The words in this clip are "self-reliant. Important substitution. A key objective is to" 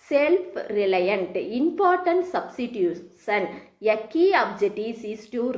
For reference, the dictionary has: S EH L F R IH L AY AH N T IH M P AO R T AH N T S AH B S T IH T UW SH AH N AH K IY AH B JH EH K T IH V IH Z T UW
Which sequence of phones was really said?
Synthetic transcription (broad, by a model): S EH L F R IH L AY AH N T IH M P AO R T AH N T S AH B S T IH T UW S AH N AH K IY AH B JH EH T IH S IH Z T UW